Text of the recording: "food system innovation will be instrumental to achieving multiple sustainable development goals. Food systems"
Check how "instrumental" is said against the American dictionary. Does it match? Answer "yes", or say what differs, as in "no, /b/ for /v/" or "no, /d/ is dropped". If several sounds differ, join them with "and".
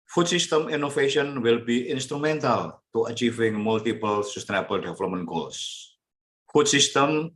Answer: yes